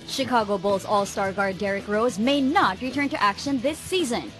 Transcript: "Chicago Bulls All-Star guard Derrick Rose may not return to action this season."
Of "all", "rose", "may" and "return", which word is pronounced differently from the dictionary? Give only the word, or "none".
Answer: none